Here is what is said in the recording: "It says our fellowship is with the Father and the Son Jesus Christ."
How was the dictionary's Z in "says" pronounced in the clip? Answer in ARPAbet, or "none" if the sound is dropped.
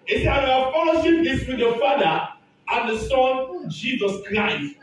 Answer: none